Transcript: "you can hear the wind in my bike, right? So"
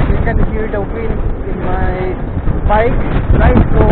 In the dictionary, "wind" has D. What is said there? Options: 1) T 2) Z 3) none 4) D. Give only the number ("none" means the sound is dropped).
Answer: 3